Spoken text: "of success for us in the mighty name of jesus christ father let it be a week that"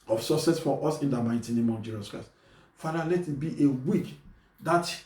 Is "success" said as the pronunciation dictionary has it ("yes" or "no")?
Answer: no